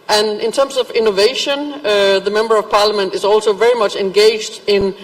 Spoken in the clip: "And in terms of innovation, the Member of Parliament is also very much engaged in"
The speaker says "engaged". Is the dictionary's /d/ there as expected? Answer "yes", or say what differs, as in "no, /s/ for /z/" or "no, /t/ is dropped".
yes